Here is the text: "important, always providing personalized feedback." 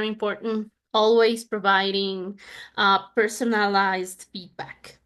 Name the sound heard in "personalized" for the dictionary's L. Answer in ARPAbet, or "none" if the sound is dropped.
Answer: L